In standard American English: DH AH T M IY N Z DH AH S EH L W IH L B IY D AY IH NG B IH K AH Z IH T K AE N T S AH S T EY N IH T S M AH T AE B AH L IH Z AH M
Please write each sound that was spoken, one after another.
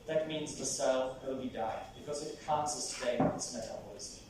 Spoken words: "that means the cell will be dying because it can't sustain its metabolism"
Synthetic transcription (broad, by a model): DH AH T M IY N Z DH AH S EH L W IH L B IY D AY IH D B IH K AH Z IH T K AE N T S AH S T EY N IH T S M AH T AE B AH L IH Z